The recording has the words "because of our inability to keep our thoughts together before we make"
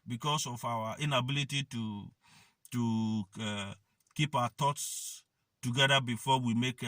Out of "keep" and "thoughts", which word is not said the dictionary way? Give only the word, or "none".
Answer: thoughts